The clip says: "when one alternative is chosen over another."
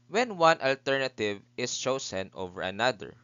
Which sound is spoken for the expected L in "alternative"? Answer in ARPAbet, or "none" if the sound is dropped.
L